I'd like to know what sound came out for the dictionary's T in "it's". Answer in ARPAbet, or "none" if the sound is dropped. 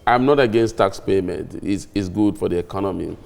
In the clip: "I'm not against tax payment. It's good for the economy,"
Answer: S